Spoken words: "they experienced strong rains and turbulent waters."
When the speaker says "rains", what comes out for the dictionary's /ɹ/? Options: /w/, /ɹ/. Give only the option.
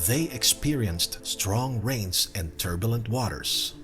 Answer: /ɹ/